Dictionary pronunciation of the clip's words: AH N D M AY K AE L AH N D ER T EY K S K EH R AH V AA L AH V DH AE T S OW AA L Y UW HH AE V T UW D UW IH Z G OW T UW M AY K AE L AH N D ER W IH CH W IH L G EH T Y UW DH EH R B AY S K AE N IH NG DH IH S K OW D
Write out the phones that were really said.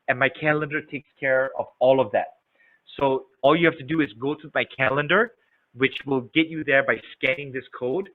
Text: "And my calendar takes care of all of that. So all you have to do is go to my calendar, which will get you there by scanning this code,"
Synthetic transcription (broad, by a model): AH N M AY K AE L AH N D ER T EY K S K EH R AH V AA L AH V DH AE T S OW AA L Y UW HH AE F T UW D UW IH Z G OW T UW M AY K AE L AH N D ER W IH CH W IH L G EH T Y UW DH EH R B AY S K AE N IH NG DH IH S K OW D